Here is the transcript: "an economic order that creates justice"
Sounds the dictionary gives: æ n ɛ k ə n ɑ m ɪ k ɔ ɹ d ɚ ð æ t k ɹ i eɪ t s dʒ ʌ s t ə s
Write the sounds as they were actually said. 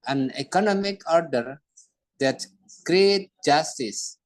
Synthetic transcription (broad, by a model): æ n ɛ k ə n ɑ m ɪ k ɔ ɹ d ɚ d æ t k ɹ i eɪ t dʒ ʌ s t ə s